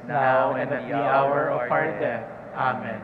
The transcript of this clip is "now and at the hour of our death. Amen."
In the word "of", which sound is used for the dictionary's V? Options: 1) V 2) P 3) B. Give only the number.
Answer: 2